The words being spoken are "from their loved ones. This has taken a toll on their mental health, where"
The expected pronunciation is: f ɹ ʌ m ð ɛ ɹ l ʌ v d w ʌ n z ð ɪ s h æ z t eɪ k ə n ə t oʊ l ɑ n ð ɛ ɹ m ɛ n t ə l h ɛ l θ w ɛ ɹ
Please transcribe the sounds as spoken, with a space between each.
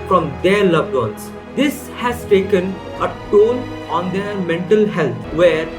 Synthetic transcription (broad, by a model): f ɹ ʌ m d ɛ ɹ l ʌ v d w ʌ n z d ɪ s h æ z t eɪ k ə n ə t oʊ n ɑ n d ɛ ɹ m ɛ n t ə l h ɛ l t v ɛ ɹ